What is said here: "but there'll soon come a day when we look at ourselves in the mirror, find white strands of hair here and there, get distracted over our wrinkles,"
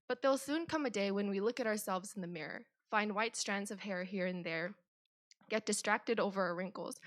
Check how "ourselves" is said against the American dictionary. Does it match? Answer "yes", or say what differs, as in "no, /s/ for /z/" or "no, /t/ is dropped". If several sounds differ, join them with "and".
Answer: yes